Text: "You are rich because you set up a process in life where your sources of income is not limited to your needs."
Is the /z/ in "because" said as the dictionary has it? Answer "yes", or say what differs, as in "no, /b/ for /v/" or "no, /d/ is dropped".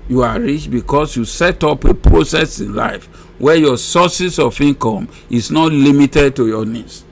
no, /s/ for /z/